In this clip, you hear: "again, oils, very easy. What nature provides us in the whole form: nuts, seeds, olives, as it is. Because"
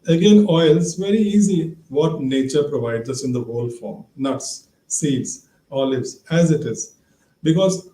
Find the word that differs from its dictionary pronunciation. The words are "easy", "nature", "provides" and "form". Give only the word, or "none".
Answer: none